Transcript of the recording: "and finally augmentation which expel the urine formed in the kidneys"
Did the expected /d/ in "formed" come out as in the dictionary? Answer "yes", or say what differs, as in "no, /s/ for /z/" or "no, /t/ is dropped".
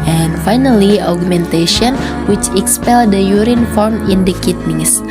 no, /d/ is dropped